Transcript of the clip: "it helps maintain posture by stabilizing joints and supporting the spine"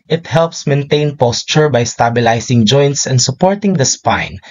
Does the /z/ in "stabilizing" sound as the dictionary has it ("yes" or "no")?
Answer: no